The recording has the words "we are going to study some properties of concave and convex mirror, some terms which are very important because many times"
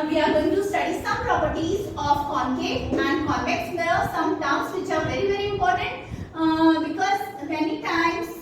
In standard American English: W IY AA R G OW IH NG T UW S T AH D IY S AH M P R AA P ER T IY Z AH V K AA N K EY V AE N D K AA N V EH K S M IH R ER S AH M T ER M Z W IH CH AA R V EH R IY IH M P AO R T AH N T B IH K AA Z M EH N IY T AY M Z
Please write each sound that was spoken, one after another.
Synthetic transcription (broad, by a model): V IY AA R G OW IH NG T UW S T AH D IY S AH M P R AA P ER T IY Z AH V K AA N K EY P AE N D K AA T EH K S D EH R S AH M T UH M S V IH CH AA R V EH R IY IH M P AO R T AH N T B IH K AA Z M EH N IY T AY M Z